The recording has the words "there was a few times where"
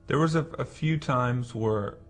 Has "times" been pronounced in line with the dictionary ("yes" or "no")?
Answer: yes